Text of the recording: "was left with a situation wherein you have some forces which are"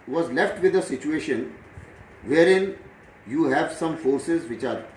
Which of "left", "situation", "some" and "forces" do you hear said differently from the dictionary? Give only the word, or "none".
none